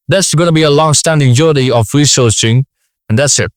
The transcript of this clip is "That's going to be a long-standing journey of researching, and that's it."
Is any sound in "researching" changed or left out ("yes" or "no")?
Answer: yes